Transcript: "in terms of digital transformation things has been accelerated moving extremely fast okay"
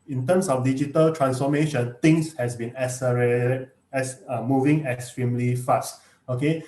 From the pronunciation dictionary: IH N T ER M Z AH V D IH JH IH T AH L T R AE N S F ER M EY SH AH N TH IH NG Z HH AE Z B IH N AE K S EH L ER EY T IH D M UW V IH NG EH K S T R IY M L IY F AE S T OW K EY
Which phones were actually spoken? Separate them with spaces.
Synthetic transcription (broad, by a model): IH N T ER M S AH F D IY JH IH T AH L T R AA N S F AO M EY SH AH N T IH NG S HH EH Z B IH N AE S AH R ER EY S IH M UW V IH NG EH K S T R IY M L IY F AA S T OW K EY